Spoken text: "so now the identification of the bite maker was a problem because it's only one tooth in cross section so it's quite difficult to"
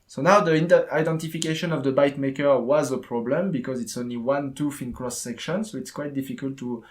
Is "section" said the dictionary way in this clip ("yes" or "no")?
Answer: yes